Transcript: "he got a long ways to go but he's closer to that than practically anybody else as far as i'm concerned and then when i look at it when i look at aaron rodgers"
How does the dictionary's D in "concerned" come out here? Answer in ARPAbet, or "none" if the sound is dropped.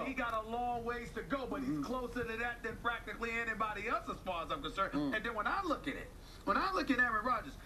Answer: none